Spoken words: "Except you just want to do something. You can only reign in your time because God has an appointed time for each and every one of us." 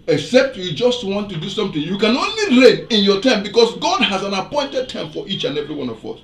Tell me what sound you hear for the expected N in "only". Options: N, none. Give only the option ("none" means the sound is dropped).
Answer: N